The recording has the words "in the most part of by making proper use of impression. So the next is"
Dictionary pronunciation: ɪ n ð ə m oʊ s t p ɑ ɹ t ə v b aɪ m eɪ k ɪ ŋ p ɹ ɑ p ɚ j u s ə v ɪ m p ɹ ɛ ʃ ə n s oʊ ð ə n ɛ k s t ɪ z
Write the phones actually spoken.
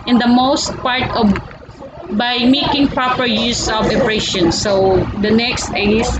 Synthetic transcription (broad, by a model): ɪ n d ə m oʊ s t p ɑ ɹ t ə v b aɪ m eɪ k ɪ ŋ p ɹ ɑ p ɚ j u s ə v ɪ p ɹ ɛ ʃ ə n s oʊ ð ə n ɛ k s t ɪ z